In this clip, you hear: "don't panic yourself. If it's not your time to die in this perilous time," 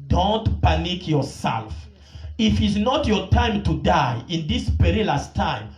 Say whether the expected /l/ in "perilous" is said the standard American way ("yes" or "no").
yes